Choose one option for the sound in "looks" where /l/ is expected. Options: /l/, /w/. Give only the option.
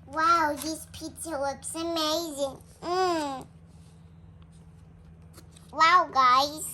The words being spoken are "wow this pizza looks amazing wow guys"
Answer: /w/